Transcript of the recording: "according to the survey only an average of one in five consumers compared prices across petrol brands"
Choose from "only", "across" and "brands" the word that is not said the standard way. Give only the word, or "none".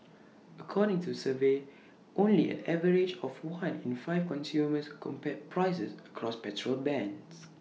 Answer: brands